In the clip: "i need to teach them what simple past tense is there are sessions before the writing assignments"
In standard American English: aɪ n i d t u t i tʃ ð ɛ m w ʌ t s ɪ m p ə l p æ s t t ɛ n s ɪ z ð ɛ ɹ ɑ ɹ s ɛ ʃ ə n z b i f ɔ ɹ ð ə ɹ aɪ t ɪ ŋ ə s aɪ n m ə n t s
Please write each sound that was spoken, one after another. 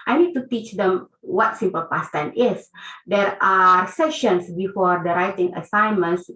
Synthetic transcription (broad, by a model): aɪ n i d t u t i tʃ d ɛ m w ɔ t s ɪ m p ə l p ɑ s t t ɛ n ɪ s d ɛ ɹ ɑ ɹ s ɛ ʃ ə n s b i f ɔ ɹ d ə ɹ aɪ t ɪ ŋ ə s aɪ n m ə n s